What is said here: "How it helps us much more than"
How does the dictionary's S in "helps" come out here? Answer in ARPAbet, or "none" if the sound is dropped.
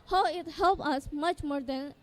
none